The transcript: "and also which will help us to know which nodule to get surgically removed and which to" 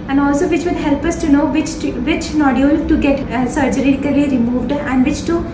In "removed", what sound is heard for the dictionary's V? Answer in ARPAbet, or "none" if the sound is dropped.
V